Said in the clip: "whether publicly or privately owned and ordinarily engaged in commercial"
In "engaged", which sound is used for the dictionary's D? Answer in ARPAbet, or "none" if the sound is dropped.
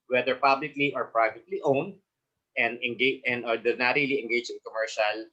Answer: none